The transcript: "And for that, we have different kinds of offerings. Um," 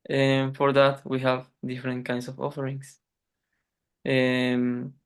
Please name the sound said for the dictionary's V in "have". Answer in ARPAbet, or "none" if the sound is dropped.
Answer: V